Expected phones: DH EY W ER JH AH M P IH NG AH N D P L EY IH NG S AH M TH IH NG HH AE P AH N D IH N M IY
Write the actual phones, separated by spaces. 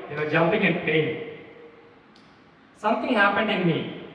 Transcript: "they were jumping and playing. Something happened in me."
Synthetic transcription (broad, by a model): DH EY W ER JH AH P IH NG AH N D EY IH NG S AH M T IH NG HH AE P AH N D IH N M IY